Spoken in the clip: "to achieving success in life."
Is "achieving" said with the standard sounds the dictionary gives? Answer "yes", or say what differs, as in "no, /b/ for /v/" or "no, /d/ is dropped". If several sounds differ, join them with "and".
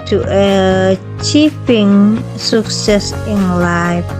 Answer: no, /p/ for /v/